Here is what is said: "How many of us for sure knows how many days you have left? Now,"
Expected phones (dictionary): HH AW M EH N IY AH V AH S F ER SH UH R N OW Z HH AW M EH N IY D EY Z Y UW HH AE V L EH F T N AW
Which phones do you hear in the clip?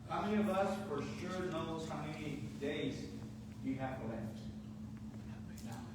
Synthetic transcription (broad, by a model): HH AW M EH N IY AH V AH S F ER SH UH R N OW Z HH AW M EH N IY D EY Z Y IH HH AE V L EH T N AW